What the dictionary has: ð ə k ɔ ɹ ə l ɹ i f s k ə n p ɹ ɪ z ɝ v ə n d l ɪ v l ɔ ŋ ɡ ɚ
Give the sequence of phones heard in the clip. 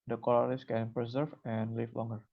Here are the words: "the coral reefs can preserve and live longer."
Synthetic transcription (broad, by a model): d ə k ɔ l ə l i s k ə n p ɹ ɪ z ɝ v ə n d l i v l ɔ ŋ ɡ ɚ